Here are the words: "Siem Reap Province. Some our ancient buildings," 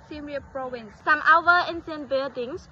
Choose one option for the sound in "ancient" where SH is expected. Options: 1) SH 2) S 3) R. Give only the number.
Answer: 2